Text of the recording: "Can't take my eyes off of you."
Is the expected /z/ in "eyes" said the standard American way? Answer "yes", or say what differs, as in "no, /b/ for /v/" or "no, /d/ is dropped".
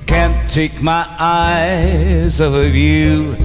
yes